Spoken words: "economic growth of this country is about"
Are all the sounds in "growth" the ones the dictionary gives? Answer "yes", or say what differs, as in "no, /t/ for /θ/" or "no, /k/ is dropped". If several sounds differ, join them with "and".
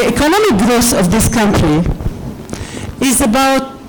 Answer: no, /s/ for /θ/